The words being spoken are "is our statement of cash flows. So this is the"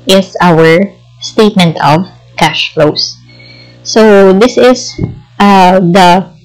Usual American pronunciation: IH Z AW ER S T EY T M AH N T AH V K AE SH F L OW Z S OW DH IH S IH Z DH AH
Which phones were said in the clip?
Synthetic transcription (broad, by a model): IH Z AW ER S T EY T M AH N T AH V K AE SH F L OW S OW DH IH S IH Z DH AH